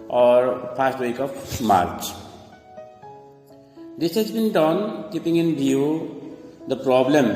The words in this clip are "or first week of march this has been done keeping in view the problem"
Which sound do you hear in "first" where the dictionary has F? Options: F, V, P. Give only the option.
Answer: P